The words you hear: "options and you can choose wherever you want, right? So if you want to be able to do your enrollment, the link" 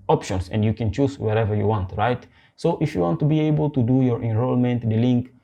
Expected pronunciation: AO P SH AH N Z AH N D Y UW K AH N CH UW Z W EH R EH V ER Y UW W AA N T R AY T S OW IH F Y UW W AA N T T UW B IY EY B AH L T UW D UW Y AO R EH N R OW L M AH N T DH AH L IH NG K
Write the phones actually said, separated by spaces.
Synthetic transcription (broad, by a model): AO P SH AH N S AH N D Y UW K AH N CH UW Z W EH R EH V ER Y UW W AA N T R AY T S OW IH F Y UW W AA N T T UW B IY EY B AH L T UW D UW Y AO R EH N R OW L M AH N T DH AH L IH NG K